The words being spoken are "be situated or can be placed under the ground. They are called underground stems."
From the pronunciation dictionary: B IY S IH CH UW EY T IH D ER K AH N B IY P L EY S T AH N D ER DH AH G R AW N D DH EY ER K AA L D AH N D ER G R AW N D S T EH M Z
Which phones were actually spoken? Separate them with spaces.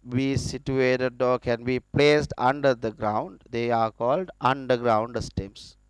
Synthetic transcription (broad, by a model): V IY S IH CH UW EY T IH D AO K AH N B IY P L EY S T AH N D ER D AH G R AW N D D EY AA K AA L D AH N D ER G R AW N D S T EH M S